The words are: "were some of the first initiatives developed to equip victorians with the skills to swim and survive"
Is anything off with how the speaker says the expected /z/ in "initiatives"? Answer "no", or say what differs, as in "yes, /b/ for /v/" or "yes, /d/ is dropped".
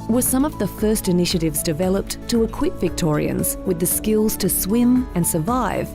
no